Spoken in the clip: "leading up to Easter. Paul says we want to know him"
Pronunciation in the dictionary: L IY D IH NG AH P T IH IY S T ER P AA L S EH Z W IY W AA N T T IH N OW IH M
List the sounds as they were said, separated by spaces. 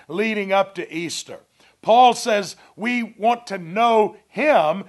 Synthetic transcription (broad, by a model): L IY D IH NG AH P T IH IY S T ER P AA L S EH Z W IY W AA N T T IH N OW IH M